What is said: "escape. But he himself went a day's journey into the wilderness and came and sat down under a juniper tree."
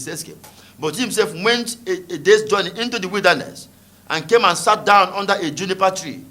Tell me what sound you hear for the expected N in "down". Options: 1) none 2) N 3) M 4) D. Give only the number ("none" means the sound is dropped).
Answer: 2